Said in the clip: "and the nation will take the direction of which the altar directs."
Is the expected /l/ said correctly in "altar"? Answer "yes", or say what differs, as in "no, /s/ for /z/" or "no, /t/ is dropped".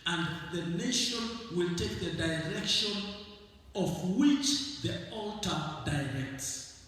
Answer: yes